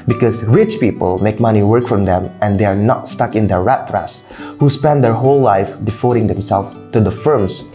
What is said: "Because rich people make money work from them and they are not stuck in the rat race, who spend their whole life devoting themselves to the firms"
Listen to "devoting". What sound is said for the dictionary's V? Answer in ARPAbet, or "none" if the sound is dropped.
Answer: F